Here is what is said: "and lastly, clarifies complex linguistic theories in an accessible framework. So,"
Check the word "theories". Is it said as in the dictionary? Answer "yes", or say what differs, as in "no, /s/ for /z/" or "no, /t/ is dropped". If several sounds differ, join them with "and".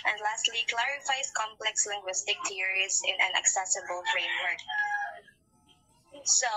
no, /t/ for /θ/